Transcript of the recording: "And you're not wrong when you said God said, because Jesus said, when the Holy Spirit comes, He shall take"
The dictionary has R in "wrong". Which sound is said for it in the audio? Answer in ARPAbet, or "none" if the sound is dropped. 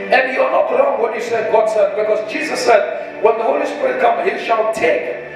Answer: L